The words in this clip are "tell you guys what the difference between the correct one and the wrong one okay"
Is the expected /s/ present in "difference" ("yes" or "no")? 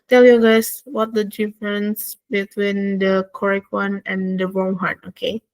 yes